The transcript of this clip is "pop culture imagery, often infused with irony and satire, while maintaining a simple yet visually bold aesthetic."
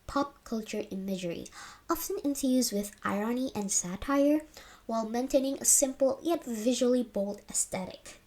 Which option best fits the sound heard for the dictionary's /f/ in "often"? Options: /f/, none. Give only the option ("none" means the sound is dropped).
/f/